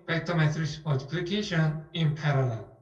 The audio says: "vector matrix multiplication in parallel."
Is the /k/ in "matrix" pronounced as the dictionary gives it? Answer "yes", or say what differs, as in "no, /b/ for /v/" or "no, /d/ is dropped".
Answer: no, /k/ is dropped